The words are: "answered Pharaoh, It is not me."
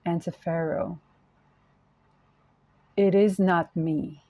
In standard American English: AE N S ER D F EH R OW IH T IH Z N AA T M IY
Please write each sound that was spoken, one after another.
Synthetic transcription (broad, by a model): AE N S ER F EH R OW IH T IH Z N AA T M IY